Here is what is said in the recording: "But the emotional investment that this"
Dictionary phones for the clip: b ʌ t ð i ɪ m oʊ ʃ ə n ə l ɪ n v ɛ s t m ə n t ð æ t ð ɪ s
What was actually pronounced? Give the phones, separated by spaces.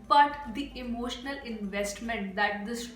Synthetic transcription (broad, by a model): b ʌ t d i ɪ m oʊ ʃ ə n ə l ɪ n v ɛ s t m ə n t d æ t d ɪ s